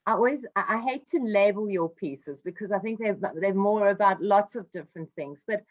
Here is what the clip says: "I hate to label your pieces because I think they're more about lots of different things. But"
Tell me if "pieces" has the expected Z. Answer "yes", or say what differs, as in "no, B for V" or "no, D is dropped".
yes